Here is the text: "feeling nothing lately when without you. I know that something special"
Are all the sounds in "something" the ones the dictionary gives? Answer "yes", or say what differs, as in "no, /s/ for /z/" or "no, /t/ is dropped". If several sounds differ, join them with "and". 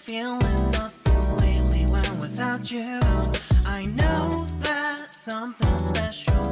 yes